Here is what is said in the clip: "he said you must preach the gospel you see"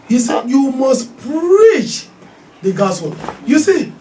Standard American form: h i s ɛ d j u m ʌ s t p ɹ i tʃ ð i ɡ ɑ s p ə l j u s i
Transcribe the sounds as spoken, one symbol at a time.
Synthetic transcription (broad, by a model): h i s ɛ d j u m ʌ s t p ɹ i tʃ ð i ɡ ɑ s ə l j u s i